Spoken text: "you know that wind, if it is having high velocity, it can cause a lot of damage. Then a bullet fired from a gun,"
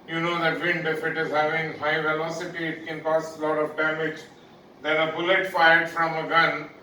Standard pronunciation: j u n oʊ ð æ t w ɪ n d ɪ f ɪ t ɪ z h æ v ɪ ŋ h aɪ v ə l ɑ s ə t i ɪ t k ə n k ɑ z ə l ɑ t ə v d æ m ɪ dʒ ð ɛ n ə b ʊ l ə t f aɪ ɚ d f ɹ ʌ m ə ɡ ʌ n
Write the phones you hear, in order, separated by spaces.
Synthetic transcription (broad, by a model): j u n oʊ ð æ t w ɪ n d ɪ f ɪ t ɪ z h æ v ɪ ŋ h aɪ v ə l ɑ s ə t i ɪ t k ə n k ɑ s ə l ɑ t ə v d æ m ɪ dʒ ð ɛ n ə b ʊ l ə t f aɪ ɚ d f ɹ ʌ m ə ɡ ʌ n